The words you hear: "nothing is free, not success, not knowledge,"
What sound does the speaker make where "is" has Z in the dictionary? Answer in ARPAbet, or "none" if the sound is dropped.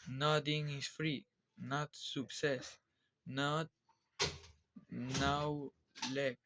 S